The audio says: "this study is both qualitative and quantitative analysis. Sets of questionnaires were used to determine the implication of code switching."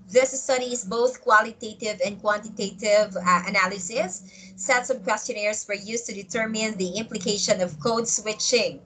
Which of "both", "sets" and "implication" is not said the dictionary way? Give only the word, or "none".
none